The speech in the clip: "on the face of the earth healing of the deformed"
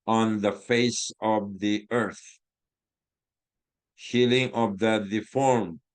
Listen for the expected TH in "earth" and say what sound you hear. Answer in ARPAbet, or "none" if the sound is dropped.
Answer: TH